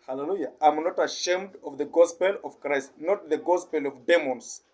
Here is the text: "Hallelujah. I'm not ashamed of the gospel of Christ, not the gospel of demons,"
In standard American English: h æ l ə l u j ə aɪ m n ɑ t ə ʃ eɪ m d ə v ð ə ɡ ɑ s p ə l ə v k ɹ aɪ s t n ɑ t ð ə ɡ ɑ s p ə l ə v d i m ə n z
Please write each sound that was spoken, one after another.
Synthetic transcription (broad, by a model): h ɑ l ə l u j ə aɪ m n ɑ t ə ʃ eɪ m d ə v ð ə ɡ ɑ s p ə l ə v k ɹ aɪ s t n ɑ t ð ə ɡ ɑ s p ə l ə v d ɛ m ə n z